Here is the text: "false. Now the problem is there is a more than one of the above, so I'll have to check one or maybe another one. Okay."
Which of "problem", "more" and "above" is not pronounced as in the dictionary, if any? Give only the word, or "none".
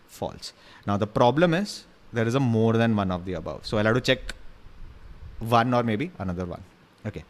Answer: none